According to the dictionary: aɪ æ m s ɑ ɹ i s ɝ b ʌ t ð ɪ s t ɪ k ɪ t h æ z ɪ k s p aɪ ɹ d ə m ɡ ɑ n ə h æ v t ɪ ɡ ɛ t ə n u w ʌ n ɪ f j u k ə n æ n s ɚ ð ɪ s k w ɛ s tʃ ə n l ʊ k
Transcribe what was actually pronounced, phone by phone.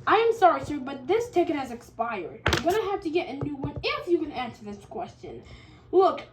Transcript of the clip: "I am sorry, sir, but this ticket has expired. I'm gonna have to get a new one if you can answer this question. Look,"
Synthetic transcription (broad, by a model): aɪ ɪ m s ɑ ɹ i s ɝ b ʌ t ð ɪ s t ɪ k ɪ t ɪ z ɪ k s p aɪ ɹ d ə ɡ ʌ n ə h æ f t ɪ ɡ ɛ t ə n u w ʌ n ɪ f j u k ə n æ n s ɚ ð ɪ s k w ɛ s tʃ ə n l ʊ k